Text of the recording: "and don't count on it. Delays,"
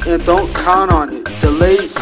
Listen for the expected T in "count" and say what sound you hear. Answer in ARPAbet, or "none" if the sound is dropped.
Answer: none